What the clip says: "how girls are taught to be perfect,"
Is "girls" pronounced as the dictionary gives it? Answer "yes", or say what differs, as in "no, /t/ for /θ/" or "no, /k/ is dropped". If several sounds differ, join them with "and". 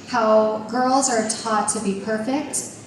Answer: yes